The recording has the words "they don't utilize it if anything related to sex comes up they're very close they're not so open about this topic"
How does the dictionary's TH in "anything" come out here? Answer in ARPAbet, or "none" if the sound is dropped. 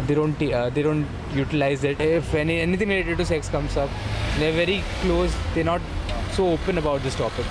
T